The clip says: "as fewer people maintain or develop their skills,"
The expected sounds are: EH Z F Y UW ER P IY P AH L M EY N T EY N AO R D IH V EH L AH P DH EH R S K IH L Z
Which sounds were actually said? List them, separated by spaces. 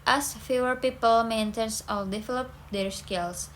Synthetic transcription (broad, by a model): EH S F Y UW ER P IY P AH L M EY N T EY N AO L D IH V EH L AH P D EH R S K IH L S